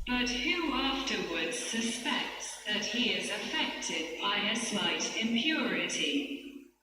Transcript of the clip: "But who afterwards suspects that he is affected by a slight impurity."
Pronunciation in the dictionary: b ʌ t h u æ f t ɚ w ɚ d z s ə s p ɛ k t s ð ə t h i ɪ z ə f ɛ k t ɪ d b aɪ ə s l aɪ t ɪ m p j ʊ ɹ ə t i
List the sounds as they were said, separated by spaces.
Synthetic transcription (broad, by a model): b ʌ t h u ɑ f t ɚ w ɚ d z s ə s p ɛ k t s ð ə t h i ɪ z ə f ɛ k t ɪ d b aɪ ə s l aɪ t ɪ m p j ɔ ɹ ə t i